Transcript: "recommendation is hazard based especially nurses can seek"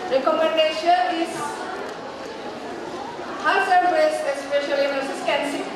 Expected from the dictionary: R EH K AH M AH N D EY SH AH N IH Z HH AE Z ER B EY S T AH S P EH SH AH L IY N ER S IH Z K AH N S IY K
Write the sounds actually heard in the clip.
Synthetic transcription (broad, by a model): R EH K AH M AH N D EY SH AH N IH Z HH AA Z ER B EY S AH S P EH SH AH L IY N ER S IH S K AH N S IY